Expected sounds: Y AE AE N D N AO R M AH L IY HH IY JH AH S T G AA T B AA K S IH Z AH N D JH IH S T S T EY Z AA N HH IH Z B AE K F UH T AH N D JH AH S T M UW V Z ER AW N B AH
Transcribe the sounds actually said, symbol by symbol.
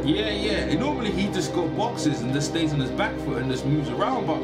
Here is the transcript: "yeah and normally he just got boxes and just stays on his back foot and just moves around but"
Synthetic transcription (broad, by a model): Y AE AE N N AO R M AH L IY HH IY JH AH S G AA T B AA K S IH Z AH N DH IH S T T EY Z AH N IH Z B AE K F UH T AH N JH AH S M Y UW Z ER AW N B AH